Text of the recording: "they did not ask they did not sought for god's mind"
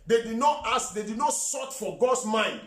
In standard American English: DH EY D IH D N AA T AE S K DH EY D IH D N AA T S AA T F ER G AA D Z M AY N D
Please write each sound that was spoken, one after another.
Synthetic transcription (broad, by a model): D EY D IH D N AA T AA S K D EY D IH D N AA T S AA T F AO G AA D S M AY N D